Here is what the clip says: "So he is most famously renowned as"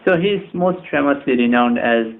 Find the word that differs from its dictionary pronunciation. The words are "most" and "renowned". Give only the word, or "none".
none